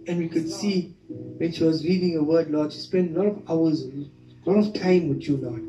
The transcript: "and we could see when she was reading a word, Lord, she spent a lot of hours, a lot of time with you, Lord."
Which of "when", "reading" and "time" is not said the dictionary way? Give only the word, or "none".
reading